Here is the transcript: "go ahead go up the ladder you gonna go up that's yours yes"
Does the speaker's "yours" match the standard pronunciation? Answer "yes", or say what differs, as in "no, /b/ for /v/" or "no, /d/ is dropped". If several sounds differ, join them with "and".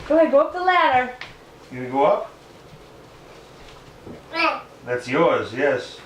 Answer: yes